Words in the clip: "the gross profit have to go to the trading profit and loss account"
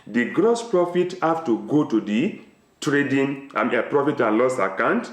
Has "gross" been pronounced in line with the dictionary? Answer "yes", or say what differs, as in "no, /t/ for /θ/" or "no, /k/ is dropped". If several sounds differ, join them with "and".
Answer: yes